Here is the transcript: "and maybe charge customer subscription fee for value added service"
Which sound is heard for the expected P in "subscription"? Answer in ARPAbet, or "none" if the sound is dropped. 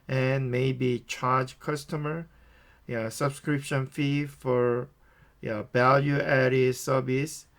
P